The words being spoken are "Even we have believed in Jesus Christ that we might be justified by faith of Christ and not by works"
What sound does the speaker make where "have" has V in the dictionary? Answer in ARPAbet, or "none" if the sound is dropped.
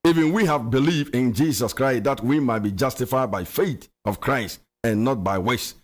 V